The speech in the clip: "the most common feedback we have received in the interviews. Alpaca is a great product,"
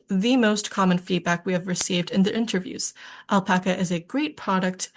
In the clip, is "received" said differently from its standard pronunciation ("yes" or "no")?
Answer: no